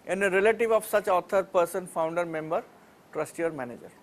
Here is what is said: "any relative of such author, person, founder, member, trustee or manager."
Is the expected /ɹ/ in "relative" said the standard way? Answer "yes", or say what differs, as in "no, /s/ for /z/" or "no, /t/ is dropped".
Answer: yes